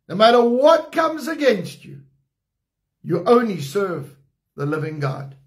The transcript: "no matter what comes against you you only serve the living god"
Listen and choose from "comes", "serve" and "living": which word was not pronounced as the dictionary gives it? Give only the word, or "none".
none